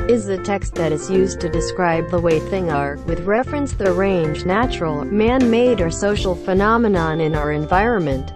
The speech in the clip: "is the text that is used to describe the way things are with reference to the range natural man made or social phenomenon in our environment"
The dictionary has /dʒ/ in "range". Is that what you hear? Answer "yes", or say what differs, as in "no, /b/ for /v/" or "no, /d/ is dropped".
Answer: yes